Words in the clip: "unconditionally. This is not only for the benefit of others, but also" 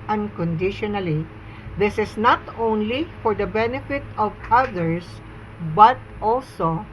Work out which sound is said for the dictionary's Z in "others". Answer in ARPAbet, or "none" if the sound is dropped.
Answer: S